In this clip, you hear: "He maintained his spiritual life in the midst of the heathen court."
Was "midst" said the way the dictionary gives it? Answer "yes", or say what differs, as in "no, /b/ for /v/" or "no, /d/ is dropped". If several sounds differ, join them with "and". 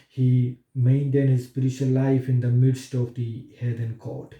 yes